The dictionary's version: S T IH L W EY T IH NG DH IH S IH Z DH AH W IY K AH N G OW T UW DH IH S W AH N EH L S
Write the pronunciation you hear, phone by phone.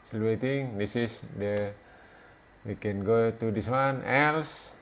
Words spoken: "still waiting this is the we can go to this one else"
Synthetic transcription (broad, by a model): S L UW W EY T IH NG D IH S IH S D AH W IY K AH N G OW T UW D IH S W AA N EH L S